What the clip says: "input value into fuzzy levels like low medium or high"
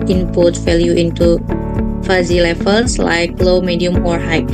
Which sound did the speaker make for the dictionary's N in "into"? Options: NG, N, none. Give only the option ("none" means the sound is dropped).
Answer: N